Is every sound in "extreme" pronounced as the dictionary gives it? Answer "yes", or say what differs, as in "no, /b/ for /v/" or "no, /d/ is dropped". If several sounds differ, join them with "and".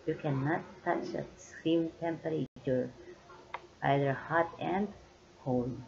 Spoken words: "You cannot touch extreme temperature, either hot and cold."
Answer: no, /k/ is dropped